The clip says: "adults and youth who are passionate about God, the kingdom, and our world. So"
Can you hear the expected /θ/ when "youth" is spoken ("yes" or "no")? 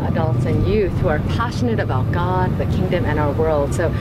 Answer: yes